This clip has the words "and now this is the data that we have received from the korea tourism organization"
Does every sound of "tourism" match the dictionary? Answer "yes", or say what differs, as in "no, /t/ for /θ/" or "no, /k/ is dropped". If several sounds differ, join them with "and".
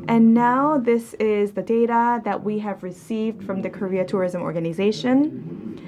yes